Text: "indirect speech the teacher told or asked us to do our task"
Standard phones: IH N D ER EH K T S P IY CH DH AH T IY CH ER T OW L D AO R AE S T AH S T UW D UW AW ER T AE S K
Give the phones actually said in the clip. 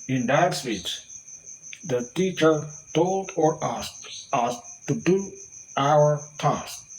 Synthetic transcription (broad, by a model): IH N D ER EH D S F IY S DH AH T IY CH ER T OW L D AO R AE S AH S T UW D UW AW ER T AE S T